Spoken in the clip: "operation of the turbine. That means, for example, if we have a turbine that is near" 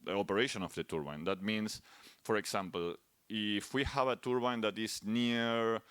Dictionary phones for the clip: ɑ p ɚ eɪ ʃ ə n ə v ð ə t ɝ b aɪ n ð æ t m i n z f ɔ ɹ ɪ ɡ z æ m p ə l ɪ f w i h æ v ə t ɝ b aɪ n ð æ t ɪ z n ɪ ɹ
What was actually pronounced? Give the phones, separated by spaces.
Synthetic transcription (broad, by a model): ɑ p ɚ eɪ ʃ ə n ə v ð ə t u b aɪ n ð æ t m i n s f ɔ ɹ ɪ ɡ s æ m p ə l ɪ f w i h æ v ə t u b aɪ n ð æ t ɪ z n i ɹ